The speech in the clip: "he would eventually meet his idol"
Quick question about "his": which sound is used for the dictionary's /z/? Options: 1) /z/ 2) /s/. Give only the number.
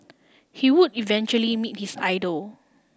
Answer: 2